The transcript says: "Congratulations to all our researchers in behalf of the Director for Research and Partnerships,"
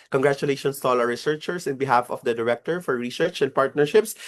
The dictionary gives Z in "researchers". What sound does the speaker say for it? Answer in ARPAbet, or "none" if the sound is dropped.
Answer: S